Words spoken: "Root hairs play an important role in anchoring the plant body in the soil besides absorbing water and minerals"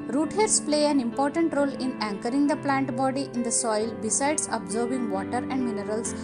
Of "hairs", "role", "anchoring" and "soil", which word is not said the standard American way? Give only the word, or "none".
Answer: hairs